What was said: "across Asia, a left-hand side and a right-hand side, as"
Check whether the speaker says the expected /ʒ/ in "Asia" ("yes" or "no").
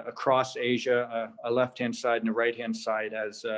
yes